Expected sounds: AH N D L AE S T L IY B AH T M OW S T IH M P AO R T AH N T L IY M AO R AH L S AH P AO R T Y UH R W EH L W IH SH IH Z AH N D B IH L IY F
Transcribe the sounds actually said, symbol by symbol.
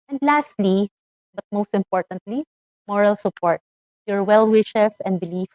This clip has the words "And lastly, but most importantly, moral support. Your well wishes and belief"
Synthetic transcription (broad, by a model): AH N D L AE S T L IY B AH T M OW S T IH M P AO R T AH N T L IY M AO R AH L S AH P AO R T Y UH R W EH L W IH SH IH S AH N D B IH L IY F